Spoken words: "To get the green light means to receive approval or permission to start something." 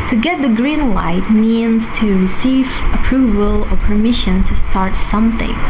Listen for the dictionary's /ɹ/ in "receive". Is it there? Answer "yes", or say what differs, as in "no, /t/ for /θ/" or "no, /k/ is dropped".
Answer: yes